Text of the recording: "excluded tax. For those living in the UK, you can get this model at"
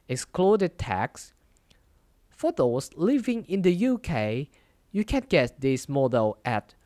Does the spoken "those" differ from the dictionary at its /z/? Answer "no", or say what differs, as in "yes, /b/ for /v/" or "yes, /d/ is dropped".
yes, /s/ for /z/